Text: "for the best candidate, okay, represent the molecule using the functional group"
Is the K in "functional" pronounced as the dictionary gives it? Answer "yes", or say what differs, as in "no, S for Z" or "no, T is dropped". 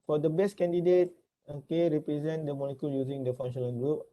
no, K is dropped